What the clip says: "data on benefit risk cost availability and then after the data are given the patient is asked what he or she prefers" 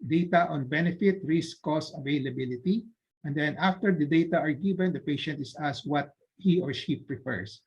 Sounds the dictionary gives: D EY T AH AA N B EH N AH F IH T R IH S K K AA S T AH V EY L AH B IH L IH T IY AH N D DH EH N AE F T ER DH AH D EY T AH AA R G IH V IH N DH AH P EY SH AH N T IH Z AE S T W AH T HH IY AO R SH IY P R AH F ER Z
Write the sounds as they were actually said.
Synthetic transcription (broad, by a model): D EY T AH AA N B EH N AH F IH T R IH S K K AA S AH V EY L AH B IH L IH T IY AH N D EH N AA F T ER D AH D EY T AH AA R G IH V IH N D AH P EY SH AH N T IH S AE S W AH T HH IY AO R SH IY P R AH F ER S